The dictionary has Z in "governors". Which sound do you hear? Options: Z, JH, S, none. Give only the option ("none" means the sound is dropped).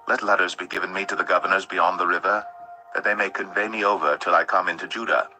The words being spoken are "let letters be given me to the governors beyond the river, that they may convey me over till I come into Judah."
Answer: Z